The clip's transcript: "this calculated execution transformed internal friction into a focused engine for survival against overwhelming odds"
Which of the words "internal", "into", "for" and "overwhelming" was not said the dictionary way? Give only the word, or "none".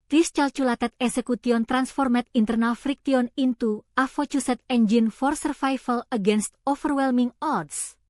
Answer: overwhelming